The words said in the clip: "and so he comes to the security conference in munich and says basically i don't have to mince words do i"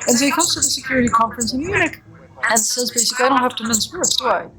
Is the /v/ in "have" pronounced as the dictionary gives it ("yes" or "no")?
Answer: no